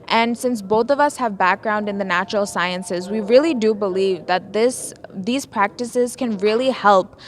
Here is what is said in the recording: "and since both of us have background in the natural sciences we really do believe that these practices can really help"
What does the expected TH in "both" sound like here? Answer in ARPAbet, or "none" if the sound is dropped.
TH